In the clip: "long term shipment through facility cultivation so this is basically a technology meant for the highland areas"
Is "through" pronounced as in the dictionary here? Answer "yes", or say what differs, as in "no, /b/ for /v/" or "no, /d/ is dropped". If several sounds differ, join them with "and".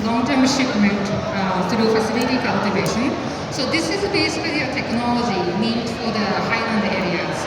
no, /t/ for /θ/